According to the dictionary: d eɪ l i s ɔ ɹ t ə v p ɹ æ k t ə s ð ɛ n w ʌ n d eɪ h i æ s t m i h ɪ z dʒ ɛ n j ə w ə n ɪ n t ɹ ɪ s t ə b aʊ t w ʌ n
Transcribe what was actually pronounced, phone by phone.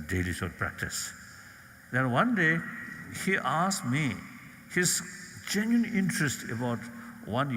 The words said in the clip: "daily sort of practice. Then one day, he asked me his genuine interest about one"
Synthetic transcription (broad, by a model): d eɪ l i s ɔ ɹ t p ɹ æ k t ə s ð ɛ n w ʌ n d eɪ h i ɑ s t m i h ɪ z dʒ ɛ n j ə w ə n ɪ n t ɹ ɪ s t ə b aʊ t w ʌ n